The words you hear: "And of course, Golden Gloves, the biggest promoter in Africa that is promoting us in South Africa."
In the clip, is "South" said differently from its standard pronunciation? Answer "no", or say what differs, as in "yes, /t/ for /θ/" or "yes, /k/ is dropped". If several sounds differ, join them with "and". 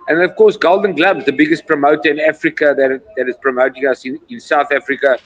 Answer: no